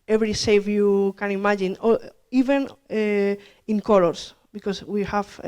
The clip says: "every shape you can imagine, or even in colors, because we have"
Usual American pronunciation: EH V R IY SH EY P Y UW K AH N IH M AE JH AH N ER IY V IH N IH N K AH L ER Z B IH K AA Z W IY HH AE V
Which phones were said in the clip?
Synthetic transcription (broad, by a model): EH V R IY S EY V Y UW K AH N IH M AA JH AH N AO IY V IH N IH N K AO L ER S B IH K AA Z W IY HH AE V